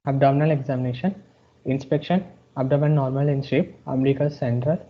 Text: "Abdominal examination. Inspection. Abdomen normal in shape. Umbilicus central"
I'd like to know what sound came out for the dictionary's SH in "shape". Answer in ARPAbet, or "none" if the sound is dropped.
S